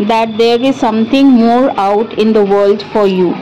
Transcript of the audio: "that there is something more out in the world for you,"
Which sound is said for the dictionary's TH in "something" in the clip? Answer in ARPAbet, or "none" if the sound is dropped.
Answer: T